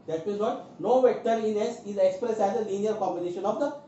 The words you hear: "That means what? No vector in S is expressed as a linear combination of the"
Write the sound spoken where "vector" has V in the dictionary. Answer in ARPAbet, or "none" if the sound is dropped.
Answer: V